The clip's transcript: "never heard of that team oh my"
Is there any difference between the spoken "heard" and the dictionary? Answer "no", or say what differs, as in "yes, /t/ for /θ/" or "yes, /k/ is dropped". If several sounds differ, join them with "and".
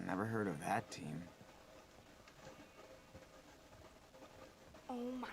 no